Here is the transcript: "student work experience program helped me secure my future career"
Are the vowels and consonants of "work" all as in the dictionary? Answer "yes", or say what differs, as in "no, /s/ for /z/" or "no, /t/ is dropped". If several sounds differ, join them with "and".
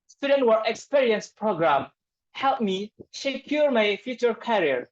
no, /k/ is dropped